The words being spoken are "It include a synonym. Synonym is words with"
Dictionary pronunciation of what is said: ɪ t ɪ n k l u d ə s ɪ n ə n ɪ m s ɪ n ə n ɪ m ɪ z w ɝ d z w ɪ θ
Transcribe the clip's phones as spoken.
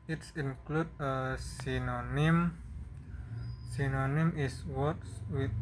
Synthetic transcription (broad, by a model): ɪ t ɪ n k l u d ə s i n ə n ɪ m s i n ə n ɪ m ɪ s w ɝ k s w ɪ